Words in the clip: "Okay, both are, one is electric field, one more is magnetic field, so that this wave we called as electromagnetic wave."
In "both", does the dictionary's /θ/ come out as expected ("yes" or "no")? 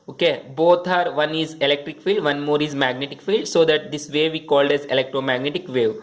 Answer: no